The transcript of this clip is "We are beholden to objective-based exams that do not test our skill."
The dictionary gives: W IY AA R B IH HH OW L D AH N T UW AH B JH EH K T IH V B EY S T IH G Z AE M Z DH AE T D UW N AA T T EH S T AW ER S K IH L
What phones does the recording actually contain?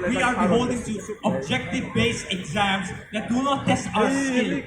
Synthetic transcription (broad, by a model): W IY AA R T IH HH OW L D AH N T UW AH B JH EH K T IH V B EY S IH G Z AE M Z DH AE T D UW N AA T T EH S T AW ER S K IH L